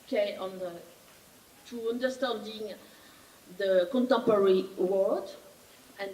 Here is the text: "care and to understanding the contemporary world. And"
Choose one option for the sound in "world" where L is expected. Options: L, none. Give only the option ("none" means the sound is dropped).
none